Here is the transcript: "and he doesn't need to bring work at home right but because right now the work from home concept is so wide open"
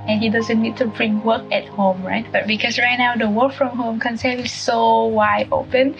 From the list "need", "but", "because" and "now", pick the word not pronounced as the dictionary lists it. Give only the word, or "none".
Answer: because